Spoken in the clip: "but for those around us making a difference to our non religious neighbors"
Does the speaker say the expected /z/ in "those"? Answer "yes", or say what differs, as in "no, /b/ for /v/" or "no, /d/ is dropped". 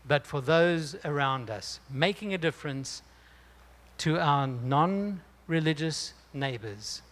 yes